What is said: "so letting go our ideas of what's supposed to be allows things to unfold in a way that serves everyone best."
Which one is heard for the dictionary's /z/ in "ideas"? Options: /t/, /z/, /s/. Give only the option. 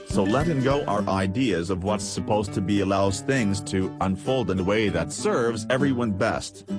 /z/